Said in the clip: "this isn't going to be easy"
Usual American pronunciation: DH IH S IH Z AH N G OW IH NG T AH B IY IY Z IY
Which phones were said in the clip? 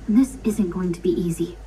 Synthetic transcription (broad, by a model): DH IH S IH Z AH N G OW IH NG T AH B IY IY Z IY